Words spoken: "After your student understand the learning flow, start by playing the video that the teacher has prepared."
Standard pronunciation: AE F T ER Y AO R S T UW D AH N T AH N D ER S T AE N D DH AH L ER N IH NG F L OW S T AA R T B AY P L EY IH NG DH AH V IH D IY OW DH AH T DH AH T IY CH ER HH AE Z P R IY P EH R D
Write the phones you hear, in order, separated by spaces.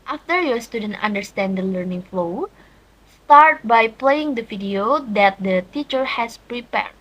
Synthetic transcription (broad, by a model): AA F T ER Y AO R S T UW D AH N T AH N D ER S T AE N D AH L ER N IH NG F L OW S T AA R T B AY P L EY IH NG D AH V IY D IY OW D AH T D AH T IY CH ER HH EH S P R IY P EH R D